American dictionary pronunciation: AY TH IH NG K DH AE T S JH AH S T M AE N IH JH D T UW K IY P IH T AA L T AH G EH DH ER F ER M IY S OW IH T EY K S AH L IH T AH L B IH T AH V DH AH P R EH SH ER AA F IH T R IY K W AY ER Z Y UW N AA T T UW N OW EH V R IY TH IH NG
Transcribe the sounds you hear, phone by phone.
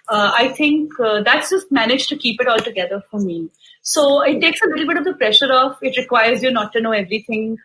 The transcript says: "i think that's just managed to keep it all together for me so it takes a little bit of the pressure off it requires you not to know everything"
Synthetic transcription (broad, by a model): AY T IH NG K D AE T S JH AH S T M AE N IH JH T UW K IY P IH T AA L T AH G EH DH ER F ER M IY S OW IH T EY K S AH L IH T L B IH T AH V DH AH P R EH SH ER AA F IH T R IY K W AY ER Z Y UW N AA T T UW N OW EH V R IY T IH NG